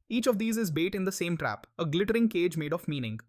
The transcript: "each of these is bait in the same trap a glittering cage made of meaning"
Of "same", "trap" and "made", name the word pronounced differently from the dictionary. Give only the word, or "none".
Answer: none